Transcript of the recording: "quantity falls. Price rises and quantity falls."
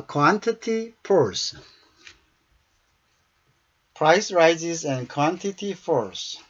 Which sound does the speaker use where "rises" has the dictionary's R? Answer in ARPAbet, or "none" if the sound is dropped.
R